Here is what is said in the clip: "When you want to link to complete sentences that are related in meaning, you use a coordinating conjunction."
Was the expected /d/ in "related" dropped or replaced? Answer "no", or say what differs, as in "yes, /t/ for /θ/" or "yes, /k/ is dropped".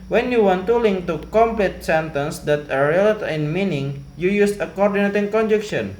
yes, /d/ is dropped